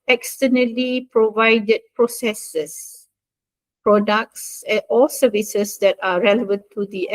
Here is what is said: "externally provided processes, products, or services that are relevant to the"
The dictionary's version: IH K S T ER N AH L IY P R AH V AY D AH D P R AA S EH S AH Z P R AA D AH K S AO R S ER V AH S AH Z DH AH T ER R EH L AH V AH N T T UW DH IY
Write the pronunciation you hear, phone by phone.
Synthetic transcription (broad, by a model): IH K S T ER N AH L IY P R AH V AY D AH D P R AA S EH S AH S P R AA D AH K S AO L S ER V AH S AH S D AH T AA R EH L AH V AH N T T UW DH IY